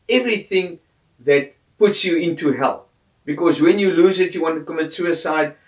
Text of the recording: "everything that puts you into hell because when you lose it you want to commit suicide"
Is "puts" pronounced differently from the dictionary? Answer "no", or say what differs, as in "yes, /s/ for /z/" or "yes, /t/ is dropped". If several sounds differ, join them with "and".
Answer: no